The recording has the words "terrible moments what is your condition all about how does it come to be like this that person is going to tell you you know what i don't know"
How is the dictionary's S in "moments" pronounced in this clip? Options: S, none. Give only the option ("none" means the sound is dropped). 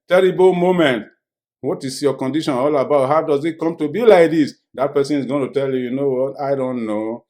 none